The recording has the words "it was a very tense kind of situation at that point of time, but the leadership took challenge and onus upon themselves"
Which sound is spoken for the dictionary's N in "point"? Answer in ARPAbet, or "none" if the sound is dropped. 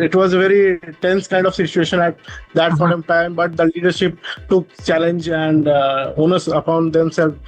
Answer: none